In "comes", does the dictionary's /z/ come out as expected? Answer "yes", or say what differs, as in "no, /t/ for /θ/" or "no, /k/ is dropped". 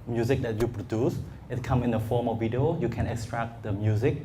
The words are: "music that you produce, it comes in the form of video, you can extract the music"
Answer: no, /z/ is dropped